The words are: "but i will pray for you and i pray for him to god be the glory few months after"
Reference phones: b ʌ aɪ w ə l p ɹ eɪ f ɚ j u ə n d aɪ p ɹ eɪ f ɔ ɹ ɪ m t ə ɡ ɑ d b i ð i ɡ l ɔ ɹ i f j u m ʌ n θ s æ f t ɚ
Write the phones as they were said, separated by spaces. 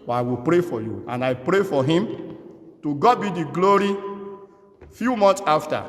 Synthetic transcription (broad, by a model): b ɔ aɪ w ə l p ɹ eɪ f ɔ j u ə n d aɪ p ɹ eɪ f ɔ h ɪ m t ə ɡ ɑ d b i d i ɡ l ɔ ɹ i f j u m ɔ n t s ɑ f t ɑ